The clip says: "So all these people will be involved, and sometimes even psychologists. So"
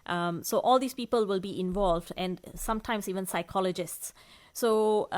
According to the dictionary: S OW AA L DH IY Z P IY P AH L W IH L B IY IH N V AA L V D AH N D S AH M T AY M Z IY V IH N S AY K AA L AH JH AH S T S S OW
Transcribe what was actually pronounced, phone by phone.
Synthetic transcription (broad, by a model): S OW AA L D IY S P IY P AH L W IH L B IY IH N V AA L V D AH N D S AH M T AY M S IY V IH N S AY K AA L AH JH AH S T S S OW